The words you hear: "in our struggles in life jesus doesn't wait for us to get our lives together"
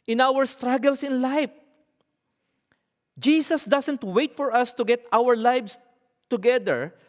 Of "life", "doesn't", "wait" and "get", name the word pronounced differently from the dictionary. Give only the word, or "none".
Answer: doesn't